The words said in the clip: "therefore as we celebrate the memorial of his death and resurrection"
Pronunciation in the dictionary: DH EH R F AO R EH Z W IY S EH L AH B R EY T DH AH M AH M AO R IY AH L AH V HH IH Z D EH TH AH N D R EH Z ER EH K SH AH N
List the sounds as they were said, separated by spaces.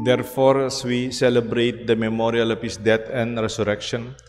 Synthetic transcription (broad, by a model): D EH R F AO R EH S W IY S EH L AH B R EY T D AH M AH M AO R IY AH L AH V HH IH S D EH T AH N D R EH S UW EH K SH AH N